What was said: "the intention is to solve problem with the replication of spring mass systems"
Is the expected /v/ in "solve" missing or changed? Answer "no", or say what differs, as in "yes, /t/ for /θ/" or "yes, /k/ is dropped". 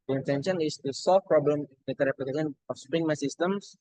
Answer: yes, /f/ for /v/